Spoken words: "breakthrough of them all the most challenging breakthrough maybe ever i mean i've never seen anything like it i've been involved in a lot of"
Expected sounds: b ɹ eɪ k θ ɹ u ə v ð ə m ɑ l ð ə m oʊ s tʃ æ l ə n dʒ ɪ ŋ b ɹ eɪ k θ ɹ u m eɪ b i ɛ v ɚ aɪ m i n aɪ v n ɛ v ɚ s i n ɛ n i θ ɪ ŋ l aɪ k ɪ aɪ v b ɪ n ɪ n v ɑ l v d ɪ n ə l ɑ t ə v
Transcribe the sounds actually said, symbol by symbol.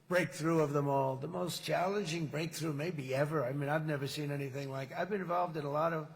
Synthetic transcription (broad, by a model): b ɹ eɪ k θ ɹ u ə v ð ə m ɑ l ð ə m oʊ s tʃ æ l ə n dʒ ɪ ŋ b ɹ eɪ k θ ɹ u m eɪ b i ɛ v ɚ aɪ m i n aɪ v n ɛ v ɚ s i n ɛ n i θ ɪ ŋ l aɪ k ɪ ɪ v b ɪ n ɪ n v ɑ l v d ɪ n ə l ɑ t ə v